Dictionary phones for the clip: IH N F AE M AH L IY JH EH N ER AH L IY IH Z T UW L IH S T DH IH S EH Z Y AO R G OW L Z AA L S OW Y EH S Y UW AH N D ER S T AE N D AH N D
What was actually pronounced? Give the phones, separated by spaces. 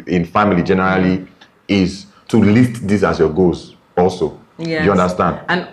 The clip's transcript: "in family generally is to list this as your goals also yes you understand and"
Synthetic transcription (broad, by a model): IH N F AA M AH L IY JH EH N ER AH L IY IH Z T UW L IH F T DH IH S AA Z Y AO G OW Z AA L S OW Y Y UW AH N D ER S T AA N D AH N